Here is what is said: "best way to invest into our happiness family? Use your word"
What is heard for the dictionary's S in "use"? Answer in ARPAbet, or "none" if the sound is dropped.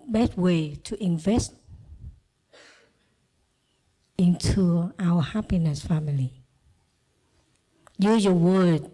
none